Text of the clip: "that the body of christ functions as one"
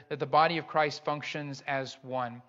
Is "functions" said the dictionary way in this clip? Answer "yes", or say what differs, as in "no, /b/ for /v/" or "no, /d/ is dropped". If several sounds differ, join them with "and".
yes